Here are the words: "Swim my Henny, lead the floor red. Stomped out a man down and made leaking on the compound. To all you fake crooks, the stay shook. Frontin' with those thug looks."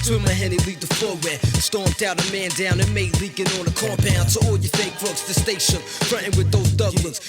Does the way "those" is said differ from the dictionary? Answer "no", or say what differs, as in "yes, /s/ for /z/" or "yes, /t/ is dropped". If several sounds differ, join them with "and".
no